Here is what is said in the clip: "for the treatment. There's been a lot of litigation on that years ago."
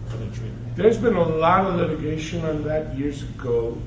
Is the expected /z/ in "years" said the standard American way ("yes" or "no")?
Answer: yes